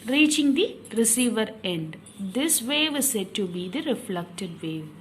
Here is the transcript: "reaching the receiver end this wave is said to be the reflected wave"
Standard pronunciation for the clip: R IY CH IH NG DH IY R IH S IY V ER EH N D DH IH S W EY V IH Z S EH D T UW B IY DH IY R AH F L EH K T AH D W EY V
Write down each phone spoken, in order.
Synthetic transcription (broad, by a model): R IY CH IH NG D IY R IH S IY V ER EH N D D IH S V EY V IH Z S EH D T UW B IY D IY R AH F L EH K T AH D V EY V